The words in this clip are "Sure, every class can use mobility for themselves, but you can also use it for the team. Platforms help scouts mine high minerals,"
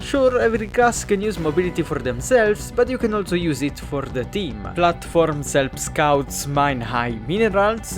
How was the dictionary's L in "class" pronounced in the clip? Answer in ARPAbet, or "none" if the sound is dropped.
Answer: none